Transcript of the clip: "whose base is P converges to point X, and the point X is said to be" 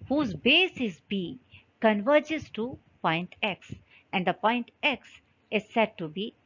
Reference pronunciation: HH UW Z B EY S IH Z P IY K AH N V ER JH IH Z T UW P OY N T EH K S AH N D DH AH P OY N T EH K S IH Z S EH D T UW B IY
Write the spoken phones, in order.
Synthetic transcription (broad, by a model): HH UW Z B EY S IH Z B IY K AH N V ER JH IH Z T UW P OY N T EH K S AH N D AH P OY N T EH K S IH Z S EH D T UW B IY